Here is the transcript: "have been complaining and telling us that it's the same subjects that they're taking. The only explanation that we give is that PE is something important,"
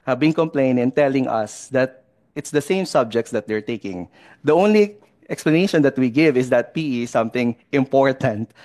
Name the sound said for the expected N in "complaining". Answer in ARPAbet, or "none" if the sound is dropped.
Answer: none